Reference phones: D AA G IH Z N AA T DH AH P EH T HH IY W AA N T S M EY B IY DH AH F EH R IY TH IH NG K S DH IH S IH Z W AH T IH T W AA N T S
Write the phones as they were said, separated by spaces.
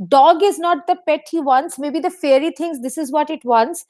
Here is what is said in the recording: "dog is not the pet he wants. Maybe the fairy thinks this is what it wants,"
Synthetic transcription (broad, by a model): D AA G IH Z N AA T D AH P EH T HH IY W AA N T S M EY B IY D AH F EH R IY T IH NG S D IH S IH Z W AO T IH T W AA N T S